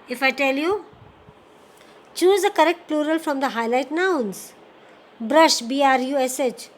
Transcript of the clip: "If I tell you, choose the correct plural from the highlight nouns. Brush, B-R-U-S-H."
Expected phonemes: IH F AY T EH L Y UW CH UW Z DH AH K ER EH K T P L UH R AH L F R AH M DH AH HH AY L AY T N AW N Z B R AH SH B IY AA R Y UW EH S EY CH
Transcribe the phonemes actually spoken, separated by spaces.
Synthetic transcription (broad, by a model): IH F AY T EH L Y UW CH UW Z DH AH K ER EH K T P L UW R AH L F R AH M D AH HH AY L AY T N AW N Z B R AH SH B IY AA R Y UW EH S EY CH